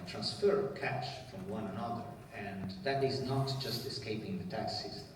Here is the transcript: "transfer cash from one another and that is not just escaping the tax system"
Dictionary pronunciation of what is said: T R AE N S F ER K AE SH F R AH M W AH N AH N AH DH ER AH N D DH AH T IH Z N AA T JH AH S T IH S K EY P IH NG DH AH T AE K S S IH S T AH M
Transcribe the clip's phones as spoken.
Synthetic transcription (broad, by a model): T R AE N S F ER K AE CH F R AH M W AH N AH N AH DH ER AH N DH AH T IH Z N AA T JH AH S T IH S K EY P IH NG DH AH T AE K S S S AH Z